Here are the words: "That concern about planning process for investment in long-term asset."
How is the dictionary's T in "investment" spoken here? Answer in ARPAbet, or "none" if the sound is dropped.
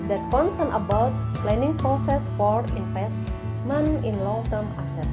none